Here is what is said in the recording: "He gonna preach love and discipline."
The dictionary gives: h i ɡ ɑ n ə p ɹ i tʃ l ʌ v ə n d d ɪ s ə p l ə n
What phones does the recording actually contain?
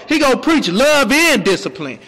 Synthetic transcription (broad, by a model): h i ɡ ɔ ə p ɹ i tʃ l ʌ v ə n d d ɪ s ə p l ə n